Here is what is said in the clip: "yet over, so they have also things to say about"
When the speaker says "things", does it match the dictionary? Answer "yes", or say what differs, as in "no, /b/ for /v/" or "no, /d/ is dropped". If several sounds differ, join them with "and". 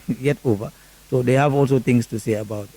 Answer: no, /t/ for /θ/ and /s/ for /z/